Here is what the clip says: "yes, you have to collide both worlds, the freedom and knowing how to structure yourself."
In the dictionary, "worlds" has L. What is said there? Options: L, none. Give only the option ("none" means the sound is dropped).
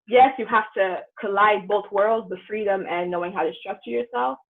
L